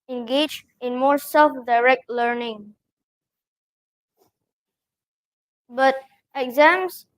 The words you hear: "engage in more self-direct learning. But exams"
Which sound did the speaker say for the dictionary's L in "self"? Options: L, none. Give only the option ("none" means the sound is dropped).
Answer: L